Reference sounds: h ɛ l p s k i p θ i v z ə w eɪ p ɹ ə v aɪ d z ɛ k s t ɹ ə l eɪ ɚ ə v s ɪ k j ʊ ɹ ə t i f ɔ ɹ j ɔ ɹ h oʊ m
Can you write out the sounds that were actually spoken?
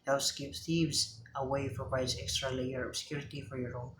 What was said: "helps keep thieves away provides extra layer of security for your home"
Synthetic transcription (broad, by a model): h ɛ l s k i p θ i v z ə w eɪ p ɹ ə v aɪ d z ɛ k s t ɹ ə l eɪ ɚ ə b s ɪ k j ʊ ɹ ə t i f ɔ ɹ j ɔ ɹ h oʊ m